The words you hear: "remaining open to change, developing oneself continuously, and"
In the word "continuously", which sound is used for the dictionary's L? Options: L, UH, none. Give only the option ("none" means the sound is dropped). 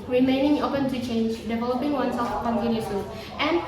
none